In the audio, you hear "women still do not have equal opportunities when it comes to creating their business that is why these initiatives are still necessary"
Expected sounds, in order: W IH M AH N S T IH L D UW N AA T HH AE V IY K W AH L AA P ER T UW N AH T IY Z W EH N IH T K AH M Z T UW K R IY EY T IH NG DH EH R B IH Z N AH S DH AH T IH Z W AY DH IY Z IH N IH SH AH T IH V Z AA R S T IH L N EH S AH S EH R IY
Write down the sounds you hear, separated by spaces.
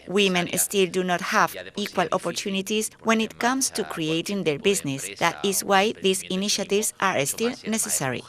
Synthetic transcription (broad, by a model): W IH M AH N S T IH L D UW N AA T HH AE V IY K W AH L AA P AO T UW N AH T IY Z W EH N IH T K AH M S T UW K R IY EY T IH NG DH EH R B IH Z N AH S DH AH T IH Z W AY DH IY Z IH N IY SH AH T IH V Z AA R S T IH L N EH S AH S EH R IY